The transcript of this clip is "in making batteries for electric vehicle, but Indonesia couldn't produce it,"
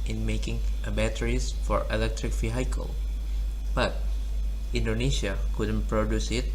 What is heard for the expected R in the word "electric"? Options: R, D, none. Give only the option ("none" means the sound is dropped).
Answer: R